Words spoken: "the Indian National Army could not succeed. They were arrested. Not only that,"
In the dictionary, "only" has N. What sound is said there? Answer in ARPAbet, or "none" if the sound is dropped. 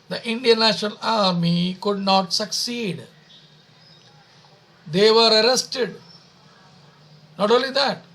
N